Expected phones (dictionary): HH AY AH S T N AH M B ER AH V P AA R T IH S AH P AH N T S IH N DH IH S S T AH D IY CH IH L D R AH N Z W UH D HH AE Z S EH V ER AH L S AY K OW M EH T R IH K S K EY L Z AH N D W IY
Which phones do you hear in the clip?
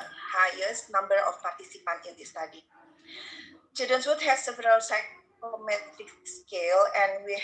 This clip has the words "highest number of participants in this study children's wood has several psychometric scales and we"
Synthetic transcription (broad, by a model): HH AY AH S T N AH M B ER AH F P AA R T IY S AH P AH N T IH N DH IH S S T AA D IY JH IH D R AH N S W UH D HH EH S EH V ER AH L S AY K OW M EH T R IH K S K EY L AH N W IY